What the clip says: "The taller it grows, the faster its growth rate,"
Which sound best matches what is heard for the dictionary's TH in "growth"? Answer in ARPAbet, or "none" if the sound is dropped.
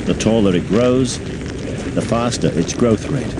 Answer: TH